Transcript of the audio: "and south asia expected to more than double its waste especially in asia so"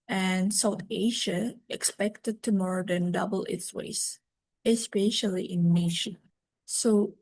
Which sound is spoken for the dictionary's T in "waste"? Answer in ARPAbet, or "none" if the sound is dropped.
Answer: none